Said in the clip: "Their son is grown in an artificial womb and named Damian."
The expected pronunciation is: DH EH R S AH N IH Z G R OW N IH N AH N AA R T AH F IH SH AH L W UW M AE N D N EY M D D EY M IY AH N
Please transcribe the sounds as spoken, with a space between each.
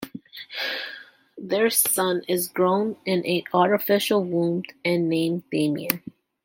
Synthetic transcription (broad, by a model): DH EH R S AH N IH Z G R OW N IH N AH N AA R T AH F IH SH L W UW M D N EY M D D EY M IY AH